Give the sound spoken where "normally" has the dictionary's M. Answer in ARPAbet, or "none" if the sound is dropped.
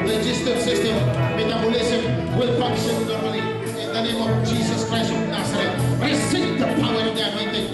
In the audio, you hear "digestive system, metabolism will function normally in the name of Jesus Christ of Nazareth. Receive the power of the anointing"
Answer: none